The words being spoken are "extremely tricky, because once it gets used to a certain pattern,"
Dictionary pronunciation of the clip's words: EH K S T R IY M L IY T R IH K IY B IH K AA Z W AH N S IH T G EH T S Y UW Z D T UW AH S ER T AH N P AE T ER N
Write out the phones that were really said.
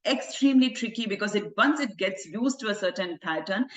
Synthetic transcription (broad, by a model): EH K S T R IY M L IY T R IH K IY B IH K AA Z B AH N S IH T G EH T S Y UW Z T UW AH S ER T AH N P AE T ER N